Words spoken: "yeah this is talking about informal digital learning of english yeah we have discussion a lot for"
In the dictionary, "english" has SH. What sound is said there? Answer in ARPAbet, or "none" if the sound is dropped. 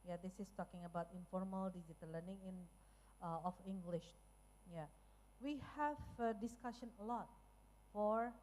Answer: SH